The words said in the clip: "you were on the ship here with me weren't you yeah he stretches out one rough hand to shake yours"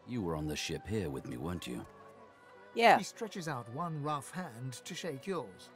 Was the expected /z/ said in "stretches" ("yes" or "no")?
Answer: yes